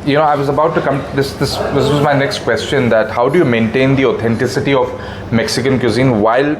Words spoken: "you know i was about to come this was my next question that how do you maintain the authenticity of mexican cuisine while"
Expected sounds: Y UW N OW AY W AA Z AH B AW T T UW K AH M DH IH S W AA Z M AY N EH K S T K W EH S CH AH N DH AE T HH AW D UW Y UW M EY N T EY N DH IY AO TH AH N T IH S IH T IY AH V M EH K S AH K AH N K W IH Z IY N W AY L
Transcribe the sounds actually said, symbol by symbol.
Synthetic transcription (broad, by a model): Y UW N OW AY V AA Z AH B AW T T UW K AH M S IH S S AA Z M AY N EH K S T K W EH S CH AH N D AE T HH AW D UW Y UW M EY N T EY N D IY AO T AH N T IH S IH T IY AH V M EH K S AH K AH N K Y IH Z IY N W AY L